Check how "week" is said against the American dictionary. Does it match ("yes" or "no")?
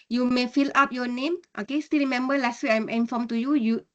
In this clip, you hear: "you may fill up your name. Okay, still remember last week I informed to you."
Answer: no